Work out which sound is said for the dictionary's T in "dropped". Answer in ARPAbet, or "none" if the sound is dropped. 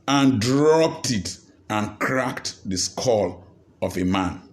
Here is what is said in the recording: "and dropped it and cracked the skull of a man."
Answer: T